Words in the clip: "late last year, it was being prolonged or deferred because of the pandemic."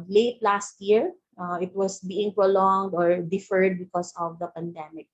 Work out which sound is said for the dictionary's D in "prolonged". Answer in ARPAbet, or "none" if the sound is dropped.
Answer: D